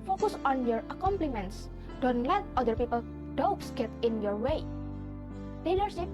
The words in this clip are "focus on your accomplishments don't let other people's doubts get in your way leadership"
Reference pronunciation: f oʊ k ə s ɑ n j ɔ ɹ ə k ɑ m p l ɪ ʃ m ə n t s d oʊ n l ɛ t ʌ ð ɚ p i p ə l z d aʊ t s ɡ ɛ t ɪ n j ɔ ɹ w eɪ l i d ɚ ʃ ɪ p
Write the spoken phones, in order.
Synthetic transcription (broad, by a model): f oʊ k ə s ɑ n j ɔ ɹ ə k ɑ m p l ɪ m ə n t s d oʊ n l ɛ t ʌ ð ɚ p i p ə l d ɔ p s ɡ ɛ t ɪ n j ɔ ɹ w eɪ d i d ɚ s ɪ